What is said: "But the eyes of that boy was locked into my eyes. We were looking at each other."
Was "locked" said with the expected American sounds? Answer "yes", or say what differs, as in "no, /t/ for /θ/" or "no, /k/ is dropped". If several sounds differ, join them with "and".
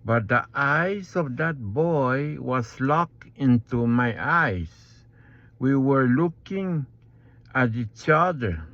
no, /t/ is dropped